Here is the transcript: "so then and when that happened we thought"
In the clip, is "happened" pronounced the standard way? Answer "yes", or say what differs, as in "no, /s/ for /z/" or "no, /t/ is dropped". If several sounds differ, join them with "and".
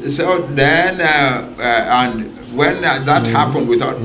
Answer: yes